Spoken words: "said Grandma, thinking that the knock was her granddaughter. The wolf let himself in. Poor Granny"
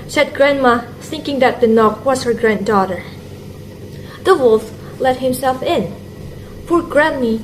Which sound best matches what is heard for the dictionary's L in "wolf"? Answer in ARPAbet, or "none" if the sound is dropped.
L